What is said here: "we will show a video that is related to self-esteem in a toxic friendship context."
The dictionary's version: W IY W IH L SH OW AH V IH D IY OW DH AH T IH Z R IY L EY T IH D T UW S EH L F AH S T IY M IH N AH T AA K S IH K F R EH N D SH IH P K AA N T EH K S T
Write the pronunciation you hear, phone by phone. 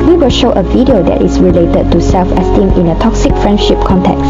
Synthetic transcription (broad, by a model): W IY W IH L SH OW AH V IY D IY OW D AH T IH S R IY L EY T IH D T UW S EH L F AH S T IY M IH N AH T AA K S IH K F R EH N D SH IH P K AA N T EH K S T